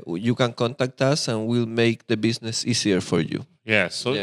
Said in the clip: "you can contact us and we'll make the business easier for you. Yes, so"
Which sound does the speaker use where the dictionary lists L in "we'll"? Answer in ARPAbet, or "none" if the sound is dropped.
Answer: L